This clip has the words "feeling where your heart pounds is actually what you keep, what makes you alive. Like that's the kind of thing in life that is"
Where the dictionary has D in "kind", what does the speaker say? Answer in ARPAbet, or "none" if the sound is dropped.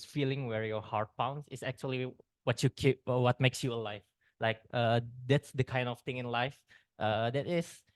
D